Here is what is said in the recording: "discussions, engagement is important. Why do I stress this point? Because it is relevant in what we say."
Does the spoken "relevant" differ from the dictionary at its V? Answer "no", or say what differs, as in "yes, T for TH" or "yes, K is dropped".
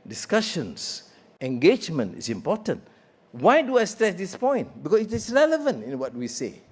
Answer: no